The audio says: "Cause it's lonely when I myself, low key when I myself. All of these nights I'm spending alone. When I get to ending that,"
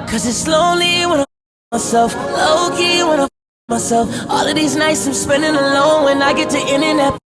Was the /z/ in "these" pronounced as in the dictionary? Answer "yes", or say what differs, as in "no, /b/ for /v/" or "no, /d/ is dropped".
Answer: yes